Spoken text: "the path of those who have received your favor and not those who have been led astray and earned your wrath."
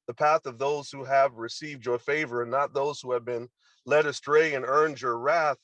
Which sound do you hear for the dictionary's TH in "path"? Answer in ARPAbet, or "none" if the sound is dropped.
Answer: TH